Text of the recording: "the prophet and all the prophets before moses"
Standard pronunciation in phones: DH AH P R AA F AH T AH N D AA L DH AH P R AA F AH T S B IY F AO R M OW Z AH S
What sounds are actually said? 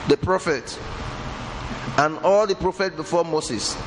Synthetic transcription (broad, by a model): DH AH P R AA F AH T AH N AA L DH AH P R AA F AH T B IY F AO M OW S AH S